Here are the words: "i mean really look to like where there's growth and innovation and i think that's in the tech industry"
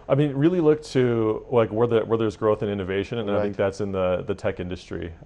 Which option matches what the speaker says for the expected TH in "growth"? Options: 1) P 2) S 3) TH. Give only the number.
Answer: 3